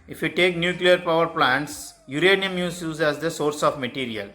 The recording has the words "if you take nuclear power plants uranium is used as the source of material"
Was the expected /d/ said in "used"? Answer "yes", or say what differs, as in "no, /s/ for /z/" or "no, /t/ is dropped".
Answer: no, /d/ is dropped